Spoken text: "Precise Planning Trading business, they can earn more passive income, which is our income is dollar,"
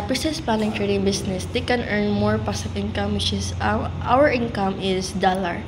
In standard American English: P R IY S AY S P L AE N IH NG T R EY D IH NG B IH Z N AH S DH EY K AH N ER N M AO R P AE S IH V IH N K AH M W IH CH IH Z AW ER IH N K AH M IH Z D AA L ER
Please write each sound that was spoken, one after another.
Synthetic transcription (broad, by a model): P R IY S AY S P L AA L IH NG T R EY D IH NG B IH S N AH S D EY K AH N ER N M AO R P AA S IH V IH N K AH M W IH CH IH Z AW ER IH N K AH M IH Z D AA L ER